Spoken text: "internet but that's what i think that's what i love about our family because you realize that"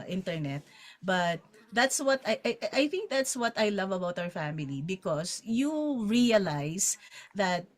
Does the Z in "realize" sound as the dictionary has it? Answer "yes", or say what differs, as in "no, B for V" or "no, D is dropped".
no, S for Z